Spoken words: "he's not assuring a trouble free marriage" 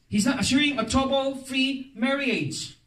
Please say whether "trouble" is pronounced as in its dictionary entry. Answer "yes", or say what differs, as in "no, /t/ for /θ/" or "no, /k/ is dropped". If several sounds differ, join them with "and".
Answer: no, /ɹ/ is dropped